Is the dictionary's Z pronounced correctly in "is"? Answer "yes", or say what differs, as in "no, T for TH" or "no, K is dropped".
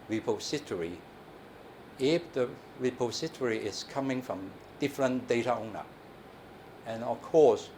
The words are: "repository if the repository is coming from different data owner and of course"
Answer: no, S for Z